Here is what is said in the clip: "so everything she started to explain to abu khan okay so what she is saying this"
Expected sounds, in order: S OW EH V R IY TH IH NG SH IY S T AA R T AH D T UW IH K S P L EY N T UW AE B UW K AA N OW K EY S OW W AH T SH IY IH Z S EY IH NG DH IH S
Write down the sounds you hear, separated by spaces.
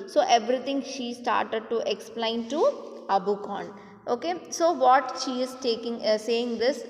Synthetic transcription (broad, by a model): S OW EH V R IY T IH NG SH IY S T AA R T AH D T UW IH K S P L EY N T UW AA B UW K AA N OW K EY S OW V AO T SH IY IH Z S EY IH NG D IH S